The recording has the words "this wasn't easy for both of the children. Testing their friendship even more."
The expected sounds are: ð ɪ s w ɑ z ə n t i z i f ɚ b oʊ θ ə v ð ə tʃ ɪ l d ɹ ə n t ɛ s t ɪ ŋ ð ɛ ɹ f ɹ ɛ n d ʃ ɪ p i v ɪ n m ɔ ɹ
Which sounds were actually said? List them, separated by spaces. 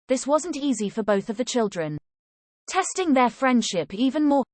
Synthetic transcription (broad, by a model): ð ɪ s w ɑ z ə n t i z i f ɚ b oʊ θ ə v ð ə tʃ ɪ l d ɹ ə n t ɛ s t ɪ ŋ ð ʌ f ɹ ɛ n d ʃ ɪ p i v ɪ n m ɔ